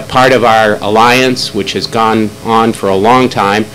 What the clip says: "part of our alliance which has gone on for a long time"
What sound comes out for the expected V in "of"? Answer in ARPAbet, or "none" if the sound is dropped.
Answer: V